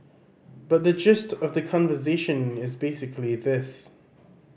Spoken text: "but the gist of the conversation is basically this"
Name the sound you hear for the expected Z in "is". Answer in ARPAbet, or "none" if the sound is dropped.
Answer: Z